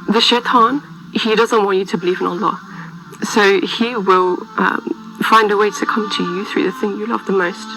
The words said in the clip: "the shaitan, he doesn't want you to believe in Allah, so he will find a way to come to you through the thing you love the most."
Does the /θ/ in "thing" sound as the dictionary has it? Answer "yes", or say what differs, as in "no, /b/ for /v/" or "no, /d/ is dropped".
yes